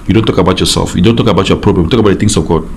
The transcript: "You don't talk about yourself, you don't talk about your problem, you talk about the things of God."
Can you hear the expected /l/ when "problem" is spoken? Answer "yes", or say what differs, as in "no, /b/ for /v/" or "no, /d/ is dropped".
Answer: yes